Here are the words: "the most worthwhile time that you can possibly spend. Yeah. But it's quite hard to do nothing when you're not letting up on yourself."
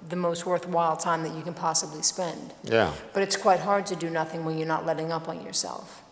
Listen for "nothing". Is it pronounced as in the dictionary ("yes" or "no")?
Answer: yes